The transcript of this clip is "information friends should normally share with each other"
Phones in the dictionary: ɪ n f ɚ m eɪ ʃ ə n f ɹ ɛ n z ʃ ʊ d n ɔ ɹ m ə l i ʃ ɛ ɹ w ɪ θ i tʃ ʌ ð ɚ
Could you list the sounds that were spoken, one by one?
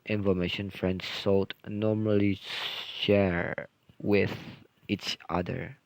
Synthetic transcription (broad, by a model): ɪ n f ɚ m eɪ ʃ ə n f ɹ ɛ n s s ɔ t n ɔ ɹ m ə l i ʃ ɛ ɹ w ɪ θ i tʃ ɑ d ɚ